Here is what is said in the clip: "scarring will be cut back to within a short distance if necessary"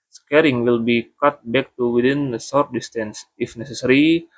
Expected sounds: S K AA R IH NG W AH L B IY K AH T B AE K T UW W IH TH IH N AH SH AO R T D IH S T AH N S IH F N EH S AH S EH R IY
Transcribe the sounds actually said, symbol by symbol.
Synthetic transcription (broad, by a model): S K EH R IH NG W AH L B IY K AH T B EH K T UW W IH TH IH N AH S AO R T D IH S T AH N S IH F N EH S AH S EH R IY